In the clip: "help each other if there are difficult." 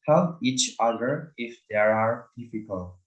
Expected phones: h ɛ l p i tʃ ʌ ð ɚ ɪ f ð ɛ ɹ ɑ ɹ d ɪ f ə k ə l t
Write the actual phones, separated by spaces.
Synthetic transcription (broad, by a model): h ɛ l i tʃ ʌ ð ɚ ɪ f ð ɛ ɹ ɑ ɹ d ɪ f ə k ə l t